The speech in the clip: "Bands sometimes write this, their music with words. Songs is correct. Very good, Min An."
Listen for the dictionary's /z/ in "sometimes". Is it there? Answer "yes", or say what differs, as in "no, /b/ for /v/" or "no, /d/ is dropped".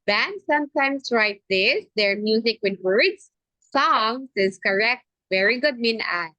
no, /s/ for /z/